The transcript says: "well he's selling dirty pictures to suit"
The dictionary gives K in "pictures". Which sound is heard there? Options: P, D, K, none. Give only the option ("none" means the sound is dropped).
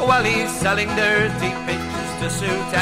none